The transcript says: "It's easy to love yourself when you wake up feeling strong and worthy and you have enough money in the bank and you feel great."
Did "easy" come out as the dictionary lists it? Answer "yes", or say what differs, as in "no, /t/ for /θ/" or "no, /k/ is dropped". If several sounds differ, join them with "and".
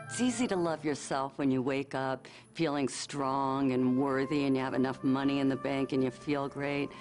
yes